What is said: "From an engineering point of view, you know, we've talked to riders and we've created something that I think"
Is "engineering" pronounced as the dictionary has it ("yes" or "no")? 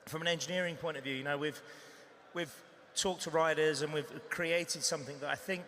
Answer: yes